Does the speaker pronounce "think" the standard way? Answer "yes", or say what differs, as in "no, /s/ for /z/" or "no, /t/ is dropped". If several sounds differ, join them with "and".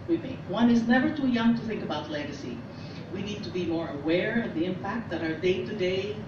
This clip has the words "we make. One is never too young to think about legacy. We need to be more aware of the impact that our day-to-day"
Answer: yes